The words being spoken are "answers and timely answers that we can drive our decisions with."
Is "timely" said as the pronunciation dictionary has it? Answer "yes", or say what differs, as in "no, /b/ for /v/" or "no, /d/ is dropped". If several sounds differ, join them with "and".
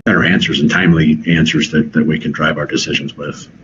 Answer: yes